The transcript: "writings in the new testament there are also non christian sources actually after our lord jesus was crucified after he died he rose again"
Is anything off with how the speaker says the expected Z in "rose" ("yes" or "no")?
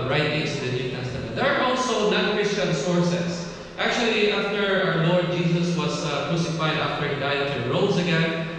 yes